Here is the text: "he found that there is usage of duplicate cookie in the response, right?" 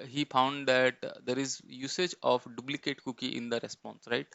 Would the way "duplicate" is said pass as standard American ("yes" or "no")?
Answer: no